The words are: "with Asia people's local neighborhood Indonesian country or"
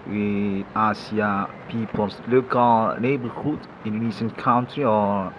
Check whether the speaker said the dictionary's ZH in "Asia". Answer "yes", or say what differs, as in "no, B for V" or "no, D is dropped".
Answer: no, S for ZH